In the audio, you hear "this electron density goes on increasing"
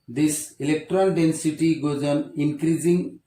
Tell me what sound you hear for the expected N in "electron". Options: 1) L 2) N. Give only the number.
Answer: 1